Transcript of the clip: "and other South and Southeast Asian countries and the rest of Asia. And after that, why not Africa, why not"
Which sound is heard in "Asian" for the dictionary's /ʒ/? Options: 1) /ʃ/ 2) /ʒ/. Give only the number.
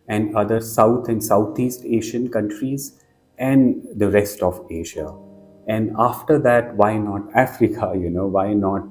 1